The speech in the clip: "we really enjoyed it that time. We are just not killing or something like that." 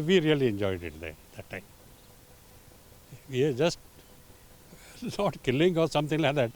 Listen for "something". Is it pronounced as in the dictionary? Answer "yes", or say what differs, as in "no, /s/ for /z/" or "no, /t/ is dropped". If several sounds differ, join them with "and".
no, /t/ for /θ/